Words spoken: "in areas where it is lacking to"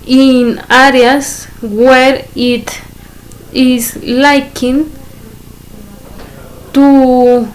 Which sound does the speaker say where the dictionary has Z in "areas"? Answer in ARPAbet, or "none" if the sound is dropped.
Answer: S